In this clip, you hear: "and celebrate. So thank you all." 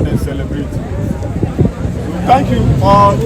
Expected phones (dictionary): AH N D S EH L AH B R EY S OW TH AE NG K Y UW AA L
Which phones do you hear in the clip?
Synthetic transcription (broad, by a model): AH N S EH L AH B R EY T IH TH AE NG K Y UW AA